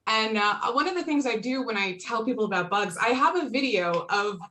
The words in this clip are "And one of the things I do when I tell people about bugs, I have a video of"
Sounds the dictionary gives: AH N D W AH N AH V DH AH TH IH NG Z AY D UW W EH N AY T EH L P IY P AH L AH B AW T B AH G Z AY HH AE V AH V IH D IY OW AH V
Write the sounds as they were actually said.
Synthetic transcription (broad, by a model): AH N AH W AH N AH V DH AH TH IH NG Z AY D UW W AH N AY T EH L P IY P L AH B AW T B AH G Z AY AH V AH V IH D IY OW AH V